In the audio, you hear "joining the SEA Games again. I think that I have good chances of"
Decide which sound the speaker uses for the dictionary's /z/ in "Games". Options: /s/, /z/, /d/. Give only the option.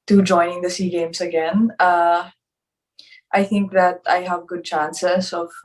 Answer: /s/